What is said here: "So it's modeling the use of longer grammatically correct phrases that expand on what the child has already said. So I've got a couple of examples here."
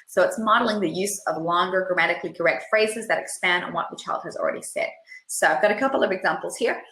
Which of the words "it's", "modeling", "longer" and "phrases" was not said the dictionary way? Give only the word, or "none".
none